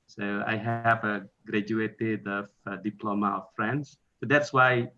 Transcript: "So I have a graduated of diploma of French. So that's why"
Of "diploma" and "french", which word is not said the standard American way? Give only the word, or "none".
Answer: french